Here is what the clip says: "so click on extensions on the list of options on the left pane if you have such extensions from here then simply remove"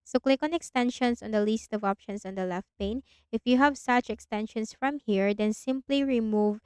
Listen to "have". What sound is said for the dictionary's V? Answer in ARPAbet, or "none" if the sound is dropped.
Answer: V